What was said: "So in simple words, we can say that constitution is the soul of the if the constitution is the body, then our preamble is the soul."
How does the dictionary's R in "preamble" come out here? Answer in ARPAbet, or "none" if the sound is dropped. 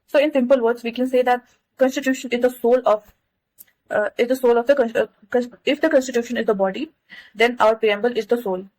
none